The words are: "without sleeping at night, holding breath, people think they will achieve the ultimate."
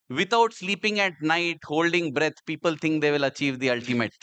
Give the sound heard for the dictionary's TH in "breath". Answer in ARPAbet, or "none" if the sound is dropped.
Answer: T